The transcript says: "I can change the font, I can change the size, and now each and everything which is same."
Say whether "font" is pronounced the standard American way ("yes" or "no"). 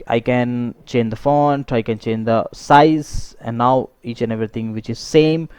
yes